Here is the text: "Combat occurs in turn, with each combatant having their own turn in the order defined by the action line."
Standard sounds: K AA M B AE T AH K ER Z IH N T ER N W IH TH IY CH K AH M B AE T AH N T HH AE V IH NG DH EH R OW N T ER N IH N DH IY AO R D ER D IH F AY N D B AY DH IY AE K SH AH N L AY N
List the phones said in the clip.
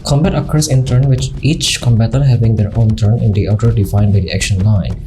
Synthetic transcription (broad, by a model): K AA M B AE T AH K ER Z IH N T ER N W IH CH IY CH K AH M B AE T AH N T HH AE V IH NG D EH R OW N T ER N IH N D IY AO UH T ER D IH F AY N D B AY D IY AE K SH AH N L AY N